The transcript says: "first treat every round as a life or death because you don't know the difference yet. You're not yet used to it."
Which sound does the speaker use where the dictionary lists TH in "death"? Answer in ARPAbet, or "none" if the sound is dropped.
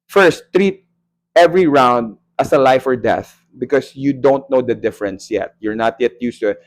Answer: TH